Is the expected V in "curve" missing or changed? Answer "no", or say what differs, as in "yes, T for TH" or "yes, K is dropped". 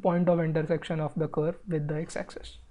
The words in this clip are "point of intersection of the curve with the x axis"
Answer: no